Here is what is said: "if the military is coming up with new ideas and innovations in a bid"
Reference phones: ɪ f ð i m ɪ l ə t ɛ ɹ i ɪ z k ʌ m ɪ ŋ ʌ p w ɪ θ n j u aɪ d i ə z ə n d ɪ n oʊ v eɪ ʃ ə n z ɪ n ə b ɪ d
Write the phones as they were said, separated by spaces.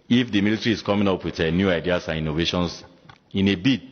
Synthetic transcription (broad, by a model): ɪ f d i m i l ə t ɹ i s k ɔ m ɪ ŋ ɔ p w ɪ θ n j u aɪ d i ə s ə n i n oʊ v eɪ ʃ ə n s ɪ n ə b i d